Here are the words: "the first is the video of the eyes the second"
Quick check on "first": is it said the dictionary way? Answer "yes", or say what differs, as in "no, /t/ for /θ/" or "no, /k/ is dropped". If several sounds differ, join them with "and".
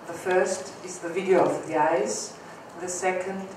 yes